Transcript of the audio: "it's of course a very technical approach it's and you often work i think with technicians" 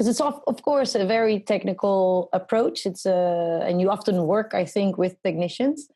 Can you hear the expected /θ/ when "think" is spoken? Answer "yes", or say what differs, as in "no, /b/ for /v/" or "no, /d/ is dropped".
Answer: yes